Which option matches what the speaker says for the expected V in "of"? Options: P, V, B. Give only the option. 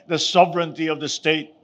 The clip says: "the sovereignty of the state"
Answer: V